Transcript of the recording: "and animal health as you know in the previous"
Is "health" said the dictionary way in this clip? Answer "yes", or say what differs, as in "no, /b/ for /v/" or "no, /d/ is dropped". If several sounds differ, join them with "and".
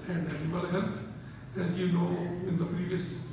no, /t/ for /θ/